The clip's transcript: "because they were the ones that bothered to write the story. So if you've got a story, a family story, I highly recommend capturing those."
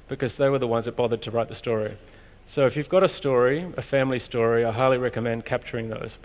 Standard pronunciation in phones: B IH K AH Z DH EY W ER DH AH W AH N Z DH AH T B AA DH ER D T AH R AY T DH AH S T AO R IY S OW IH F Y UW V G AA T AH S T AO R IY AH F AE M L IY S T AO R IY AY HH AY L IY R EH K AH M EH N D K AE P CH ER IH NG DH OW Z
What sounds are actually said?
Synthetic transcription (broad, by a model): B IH K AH Z DH EY W ER DH AH W AH N Z DH AH T B AA DH ER D T AH R AY T DH AH S T AO R IY S OW IH F Y UW V G AA T AH S T AO R IY AH F AE M L IY S T AO R IY AY HH AY L IY R EH K AH M EH N D K AE P CH ER IH NG DH OW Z